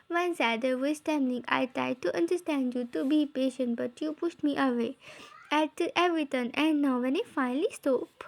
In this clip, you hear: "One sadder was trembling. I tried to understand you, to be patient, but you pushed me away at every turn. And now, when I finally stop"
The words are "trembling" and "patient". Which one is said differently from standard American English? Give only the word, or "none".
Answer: trembling